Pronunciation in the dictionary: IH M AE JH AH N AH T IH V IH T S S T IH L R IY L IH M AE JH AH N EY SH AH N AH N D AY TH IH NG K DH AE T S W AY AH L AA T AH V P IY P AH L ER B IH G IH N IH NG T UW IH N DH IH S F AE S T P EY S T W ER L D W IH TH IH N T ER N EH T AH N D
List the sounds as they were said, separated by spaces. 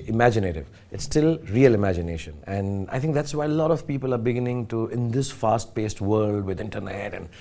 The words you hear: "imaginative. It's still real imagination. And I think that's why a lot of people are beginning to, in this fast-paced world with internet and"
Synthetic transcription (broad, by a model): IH M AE JH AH N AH T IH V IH T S S T IH L R IY L IH M AE JH AH N EY SH AH N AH N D AY T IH NG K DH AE T S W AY AH L AA T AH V P IY P AH L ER B IH G IH N IH NG T UW IH N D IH S F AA S T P EY S T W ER L D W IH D IH N T ER N EH T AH N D